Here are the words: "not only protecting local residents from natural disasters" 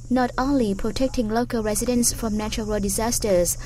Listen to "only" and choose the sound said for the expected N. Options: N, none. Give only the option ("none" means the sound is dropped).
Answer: N